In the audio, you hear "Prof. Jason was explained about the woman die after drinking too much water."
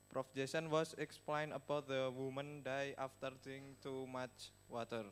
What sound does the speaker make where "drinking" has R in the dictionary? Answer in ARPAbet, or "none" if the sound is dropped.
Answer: none